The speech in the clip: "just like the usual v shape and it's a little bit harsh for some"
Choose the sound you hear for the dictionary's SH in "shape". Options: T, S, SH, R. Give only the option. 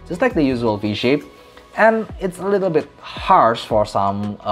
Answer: SH